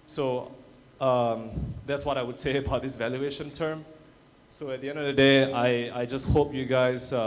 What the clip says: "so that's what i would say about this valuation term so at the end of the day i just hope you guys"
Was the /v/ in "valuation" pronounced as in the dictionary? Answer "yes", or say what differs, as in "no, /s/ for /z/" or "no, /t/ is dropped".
yes